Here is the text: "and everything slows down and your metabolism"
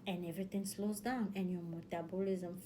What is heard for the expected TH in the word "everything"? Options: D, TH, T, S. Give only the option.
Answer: T